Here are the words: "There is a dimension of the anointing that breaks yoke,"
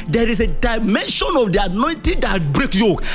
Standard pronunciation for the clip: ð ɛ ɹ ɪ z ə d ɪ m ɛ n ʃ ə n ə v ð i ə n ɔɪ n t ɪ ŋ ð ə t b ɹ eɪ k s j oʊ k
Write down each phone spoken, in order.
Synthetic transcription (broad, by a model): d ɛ ɹ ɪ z ə d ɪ m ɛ n ʃ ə n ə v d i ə n ɔɪ n t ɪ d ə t b ɹ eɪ k j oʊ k